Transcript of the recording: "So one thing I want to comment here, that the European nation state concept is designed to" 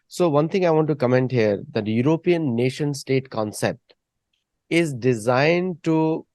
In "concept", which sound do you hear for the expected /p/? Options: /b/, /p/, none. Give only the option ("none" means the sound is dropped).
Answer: /p/